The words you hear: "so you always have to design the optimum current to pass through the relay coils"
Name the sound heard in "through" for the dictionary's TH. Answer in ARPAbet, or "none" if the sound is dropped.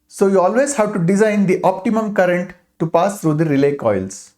T